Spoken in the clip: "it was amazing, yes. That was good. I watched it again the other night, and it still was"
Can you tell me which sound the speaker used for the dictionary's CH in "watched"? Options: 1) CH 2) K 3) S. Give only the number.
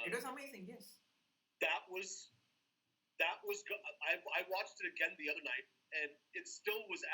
1